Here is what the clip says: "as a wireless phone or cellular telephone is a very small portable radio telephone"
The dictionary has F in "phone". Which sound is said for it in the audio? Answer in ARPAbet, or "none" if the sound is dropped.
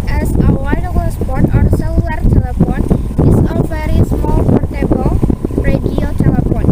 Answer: P